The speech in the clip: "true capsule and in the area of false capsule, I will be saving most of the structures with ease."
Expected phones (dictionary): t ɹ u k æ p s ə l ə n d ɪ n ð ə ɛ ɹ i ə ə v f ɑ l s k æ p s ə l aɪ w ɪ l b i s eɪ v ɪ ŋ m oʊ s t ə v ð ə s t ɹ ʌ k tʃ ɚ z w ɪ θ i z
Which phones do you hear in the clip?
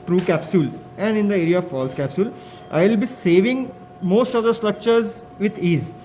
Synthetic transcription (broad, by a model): t ɹ u k æ p s ə l ə n d ɪ n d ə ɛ ɹ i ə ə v f ɑ l s k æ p s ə l aɪ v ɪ l b i s eɪ v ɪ ŋ m oʊ s t ə v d ə s t ɹ ʌ k tʃ ɚ z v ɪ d i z